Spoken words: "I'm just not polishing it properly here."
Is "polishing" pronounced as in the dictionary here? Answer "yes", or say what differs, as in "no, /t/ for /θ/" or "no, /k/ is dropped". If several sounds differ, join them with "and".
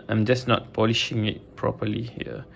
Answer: yes